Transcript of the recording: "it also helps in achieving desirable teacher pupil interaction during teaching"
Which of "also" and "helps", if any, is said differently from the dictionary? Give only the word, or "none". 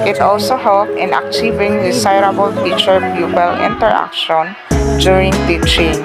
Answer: helps